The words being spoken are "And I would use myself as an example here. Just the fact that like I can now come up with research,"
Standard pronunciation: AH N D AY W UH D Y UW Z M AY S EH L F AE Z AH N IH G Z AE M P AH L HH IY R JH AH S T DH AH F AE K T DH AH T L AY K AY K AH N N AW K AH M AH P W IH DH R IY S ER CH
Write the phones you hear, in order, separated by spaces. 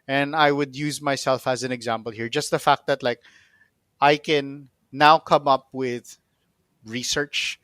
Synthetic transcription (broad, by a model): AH N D AY W UH D Y UW Z M AY S EH L F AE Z AH N IH G Z AE M P AH L HH IY R JH AH S T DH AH F AE K T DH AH T L AY K AY K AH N N AW K AH M AH P W IH DH R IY S ER CH